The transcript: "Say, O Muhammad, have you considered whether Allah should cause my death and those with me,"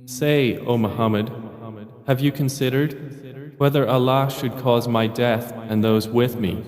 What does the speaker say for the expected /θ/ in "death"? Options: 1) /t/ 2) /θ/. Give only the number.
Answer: 2